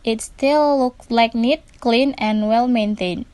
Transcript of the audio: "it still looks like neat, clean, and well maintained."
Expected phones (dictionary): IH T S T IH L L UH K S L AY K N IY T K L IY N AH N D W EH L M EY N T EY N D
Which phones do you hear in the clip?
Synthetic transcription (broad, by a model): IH T S T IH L L UH K S L AY K N IY T K L IY N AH N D W EH L M EY N T EY N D